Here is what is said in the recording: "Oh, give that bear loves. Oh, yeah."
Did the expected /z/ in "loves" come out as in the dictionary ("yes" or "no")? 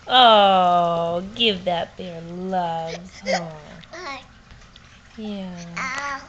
no